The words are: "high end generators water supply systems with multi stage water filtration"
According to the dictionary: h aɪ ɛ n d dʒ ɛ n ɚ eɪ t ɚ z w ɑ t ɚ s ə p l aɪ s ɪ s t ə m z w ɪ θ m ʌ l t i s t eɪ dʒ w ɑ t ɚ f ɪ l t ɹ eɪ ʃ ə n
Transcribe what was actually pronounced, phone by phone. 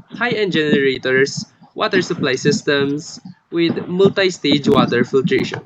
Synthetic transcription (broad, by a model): h aɪ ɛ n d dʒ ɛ n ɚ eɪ t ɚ s w ɑ t ɚ s ə p l aɪ s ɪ s t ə m s w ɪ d m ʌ l t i s t eɪ dʒ w ɑ t ɚ f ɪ l t ɹ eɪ ʃ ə n